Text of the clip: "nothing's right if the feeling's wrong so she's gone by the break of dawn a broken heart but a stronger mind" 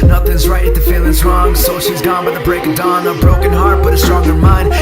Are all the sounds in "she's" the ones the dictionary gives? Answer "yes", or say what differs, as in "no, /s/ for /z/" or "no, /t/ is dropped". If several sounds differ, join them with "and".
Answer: yes